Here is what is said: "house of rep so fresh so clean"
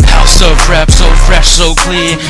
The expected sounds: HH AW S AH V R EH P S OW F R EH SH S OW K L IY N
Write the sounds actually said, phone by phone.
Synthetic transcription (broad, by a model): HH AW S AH F R EH P S OW F R EH SH S OW K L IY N